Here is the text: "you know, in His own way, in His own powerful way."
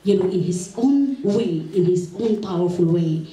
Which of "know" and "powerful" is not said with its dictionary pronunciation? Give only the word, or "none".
know